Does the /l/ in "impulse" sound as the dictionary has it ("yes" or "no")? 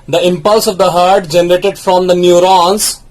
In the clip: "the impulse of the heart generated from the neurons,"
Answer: yes